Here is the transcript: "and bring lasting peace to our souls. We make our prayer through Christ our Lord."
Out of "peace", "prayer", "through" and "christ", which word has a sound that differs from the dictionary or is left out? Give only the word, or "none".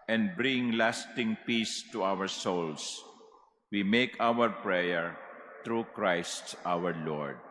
through